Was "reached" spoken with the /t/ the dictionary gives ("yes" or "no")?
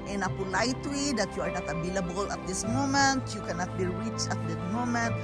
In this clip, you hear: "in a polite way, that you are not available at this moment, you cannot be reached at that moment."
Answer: no